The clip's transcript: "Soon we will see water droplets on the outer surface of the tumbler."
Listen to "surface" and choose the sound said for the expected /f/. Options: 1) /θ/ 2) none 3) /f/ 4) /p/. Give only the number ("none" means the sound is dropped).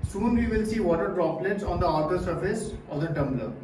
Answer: 3